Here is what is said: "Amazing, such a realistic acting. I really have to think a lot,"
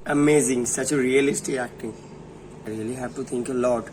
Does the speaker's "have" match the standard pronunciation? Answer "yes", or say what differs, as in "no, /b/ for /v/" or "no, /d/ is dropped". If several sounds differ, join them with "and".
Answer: no, /p/ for /v/